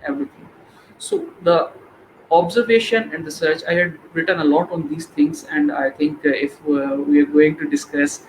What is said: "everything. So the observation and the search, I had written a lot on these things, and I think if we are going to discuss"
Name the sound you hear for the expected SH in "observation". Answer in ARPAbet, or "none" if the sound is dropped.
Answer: SH